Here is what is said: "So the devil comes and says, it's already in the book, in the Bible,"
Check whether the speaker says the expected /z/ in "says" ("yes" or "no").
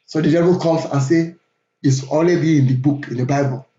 no